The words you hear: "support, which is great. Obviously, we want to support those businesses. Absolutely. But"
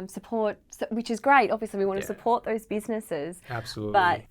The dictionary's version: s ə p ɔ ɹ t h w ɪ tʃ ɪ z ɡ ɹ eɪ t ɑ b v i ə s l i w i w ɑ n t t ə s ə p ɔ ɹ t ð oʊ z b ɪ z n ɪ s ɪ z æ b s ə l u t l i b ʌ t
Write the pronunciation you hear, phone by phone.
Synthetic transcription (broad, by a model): s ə p ɔ ɹ t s w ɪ tʃ ɪ z ɡ ɹ eɪ t ɑ b v i ə s l i w i w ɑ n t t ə s ə p ɔ ɹ t ð oʊ z b ɪ z n ɪ s ɪ z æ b s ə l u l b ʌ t